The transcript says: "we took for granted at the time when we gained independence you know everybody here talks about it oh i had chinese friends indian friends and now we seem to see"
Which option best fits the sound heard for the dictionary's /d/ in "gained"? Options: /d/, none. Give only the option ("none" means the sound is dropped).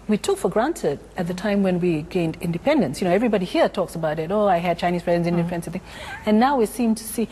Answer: /d/